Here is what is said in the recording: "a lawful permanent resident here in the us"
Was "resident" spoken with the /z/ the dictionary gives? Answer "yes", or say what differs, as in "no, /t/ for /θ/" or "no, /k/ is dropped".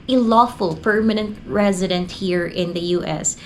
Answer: yes